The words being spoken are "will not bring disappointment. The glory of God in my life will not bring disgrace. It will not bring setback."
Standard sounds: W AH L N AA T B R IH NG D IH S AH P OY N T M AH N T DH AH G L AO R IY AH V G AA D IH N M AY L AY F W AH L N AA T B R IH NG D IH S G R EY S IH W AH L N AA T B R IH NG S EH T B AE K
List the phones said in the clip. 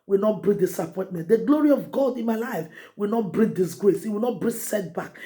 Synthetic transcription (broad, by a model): W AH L N AA T B R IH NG D IH S AH P OY N T M AH N T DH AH G L AO R IY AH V G AA D IH N M AY L AY F W AH L N AA T B R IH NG D IH S G R EY S IH W AH L N AA T B R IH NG S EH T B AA K